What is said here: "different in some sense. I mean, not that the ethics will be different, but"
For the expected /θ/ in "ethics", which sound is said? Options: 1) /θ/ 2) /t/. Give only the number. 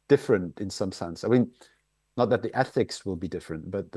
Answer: 1